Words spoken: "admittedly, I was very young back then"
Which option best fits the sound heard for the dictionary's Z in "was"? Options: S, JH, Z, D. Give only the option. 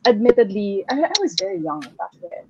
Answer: Z